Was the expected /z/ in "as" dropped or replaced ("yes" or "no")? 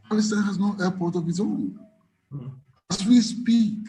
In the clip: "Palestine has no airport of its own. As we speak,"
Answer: yes